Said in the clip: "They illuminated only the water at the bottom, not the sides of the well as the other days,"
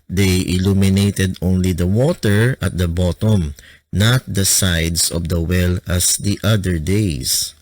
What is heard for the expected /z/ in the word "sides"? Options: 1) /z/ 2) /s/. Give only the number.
2